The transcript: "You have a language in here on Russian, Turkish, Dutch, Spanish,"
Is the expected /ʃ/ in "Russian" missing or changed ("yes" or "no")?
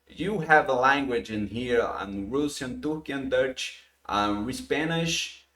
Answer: yes